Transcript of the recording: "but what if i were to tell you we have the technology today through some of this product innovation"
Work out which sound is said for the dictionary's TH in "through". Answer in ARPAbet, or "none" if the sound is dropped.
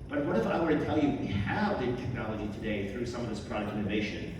TH